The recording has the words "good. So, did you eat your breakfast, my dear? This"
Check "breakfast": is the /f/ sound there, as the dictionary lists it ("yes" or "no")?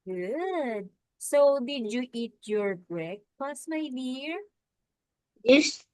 no